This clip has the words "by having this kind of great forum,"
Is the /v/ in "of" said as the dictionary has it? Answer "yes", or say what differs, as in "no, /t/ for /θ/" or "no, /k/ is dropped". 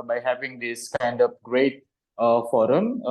no, /p/ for /v/